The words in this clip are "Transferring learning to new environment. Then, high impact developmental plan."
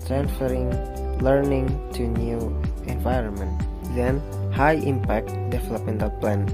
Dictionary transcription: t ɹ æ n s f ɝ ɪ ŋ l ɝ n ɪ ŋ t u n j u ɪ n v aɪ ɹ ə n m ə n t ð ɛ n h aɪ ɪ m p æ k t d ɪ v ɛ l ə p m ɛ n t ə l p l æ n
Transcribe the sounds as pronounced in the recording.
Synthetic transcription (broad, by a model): t ɹ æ n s f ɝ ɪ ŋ l ɝ n ɪ ŋ t u n j u ɪ n v aɪ ɹ ə n m ə n t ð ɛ n h aɪ ɪ m p æ k t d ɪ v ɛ l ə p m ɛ n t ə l p l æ n